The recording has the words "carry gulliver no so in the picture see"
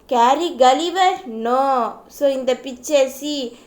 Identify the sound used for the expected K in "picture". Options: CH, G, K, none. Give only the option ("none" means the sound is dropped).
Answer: none